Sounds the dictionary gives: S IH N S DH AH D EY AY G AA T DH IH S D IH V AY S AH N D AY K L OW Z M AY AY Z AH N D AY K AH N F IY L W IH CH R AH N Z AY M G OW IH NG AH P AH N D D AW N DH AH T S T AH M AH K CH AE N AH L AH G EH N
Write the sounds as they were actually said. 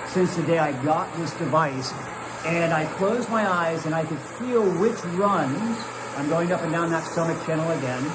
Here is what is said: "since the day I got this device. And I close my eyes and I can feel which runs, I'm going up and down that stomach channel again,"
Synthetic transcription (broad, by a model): S IH N S DH AH D EY AY G AA T DH IH S D IH V AY S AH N AY K L OW Z M AY AY Z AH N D AY K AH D F IY L W IH CH R AH N Z AY M G OW IH NG AH P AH N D D AW N DH AH T S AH M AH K CH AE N L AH G EH N